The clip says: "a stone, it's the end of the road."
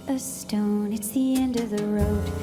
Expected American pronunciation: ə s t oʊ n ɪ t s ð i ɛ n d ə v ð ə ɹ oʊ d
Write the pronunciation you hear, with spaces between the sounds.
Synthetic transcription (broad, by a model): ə s t oʊ n ɪ t s ð i ɛ n d ə v ð ə ɹ oʊ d